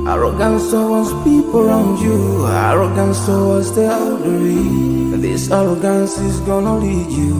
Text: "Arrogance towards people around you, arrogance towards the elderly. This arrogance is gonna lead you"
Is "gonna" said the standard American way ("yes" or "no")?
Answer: yes